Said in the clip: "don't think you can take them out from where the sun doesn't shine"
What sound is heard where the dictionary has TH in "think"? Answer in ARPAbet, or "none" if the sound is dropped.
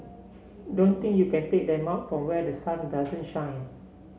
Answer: T